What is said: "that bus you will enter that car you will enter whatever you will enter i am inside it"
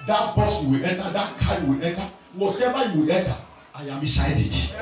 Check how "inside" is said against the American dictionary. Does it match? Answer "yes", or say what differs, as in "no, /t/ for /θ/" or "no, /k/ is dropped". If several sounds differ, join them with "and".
no, /n/ is dropped